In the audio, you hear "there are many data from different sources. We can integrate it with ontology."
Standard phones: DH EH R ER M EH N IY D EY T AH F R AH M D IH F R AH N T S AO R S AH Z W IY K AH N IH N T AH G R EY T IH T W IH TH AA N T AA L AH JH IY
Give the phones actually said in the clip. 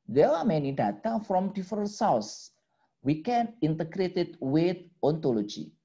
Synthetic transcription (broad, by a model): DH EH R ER M EH N IY D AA T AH F R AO M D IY F R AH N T S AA W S W IY K AH N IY N T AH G R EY T IH T W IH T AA N T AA L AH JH IY